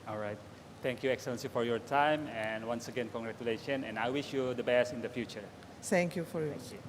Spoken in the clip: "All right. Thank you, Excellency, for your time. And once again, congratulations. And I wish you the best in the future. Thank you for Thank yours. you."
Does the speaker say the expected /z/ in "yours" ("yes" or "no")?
no